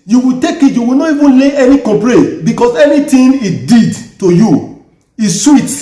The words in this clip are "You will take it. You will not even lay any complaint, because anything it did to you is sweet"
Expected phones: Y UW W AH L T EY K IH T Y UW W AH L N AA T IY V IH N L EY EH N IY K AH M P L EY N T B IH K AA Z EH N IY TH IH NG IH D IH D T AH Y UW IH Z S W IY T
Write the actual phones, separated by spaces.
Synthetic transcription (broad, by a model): Y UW W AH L T EY K IH T Y UW W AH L N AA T IY V IH N L EY EH N IY K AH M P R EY T B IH K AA S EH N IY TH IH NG IH D IH D T AH Y UW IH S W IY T